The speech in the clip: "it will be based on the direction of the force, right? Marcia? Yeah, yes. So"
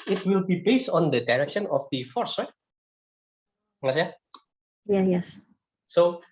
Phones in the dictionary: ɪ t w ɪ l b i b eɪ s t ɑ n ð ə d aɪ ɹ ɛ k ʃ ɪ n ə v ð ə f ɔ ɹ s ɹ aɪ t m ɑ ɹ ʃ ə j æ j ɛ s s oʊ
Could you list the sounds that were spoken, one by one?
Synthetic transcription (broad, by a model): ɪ t w ɪ l b i b eɪ s t ɑ n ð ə d aɪ ɹ ɛ k ʃ ɪ n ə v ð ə f ɔ ɹ s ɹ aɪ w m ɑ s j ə j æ j ɛ s s oʊ